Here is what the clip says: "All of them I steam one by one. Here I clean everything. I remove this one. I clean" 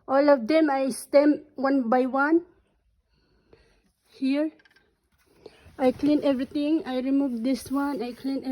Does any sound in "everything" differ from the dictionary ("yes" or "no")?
yes